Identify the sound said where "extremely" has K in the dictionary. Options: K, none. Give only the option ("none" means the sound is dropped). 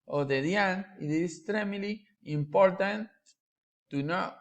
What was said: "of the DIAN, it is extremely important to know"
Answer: none